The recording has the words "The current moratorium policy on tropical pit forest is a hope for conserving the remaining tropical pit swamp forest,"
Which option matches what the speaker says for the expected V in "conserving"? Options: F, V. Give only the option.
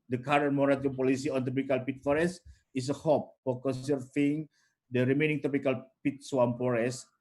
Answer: F